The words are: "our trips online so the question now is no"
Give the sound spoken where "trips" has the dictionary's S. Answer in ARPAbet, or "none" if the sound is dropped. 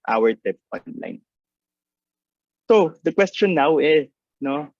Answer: none